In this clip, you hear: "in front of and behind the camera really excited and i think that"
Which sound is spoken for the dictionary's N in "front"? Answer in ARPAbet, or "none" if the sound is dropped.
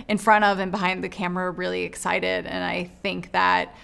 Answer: none